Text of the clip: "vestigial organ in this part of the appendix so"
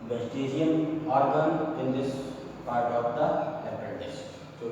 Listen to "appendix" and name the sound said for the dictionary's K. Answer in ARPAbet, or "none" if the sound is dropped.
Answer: none